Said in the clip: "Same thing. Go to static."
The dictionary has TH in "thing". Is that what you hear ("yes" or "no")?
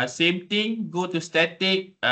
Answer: no